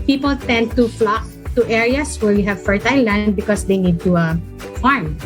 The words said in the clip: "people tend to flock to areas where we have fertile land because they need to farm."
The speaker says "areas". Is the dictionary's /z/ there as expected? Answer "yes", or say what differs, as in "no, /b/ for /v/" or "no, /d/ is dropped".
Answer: no, /s/ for /z/